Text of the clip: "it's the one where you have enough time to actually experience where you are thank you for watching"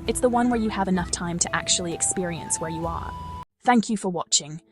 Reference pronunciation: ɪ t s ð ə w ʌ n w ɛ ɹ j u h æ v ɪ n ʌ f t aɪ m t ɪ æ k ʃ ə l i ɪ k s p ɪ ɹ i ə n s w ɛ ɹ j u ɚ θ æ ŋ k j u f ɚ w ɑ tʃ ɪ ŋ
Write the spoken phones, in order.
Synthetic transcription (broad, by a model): ɪ t s ð ə w ʌ n w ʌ ɹ j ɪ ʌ v ɪ n ʌ f t aɪ m t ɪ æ k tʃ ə l i ɪ k s p ɪ ɹ i ə n s w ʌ ɹ j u ɚ θ æ ŋ k j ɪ f ɚ w ɑ tʃ ɪ ŋ